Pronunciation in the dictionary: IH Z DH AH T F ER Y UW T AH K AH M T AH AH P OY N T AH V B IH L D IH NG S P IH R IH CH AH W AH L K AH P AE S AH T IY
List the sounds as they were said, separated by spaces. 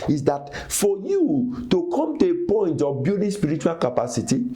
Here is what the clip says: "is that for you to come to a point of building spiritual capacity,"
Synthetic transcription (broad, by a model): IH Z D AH T F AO Y UW T AH K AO M T AH AH P OY N T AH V B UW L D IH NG S P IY R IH CH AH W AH L K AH P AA S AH T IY